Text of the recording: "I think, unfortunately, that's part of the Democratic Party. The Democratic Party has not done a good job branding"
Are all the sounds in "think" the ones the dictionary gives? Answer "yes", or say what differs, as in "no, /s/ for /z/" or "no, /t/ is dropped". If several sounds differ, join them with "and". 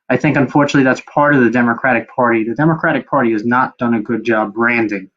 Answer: yes